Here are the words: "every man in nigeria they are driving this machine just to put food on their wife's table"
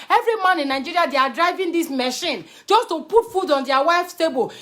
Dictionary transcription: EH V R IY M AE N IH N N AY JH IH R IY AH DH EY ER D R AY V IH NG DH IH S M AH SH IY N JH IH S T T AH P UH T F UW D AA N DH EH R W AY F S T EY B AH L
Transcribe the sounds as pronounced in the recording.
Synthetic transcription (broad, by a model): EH V R IY M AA N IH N N AY JH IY R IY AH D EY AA D R AY V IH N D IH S M AH SH IY N JH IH S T T AH P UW T F UW D AA N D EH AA W AY F S T EY B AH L